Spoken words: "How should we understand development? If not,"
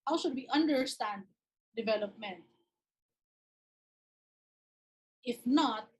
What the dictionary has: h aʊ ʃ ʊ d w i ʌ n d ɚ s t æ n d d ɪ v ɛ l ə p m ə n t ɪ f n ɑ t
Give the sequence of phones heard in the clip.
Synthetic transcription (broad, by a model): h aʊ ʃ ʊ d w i ʌ n d ɚ s t æ n d d ɪ v ɛ l ə p m ə n t ɪ f n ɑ t